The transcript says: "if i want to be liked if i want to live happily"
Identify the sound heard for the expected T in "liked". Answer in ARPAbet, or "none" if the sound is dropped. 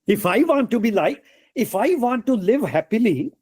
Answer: none